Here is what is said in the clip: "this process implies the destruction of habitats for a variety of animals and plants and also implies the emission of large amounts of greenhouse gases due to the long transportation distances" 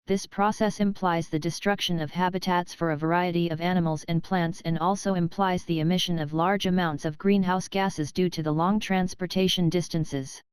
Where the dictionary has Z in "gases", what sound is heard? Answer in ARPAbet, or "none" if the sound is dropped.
Z